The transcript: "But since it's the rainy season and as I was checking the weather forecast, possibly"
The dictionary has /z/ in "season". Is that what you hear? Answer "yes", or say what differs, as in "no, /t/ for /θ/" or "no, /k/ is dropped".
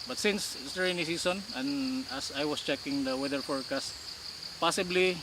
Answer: no, /s/ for /z/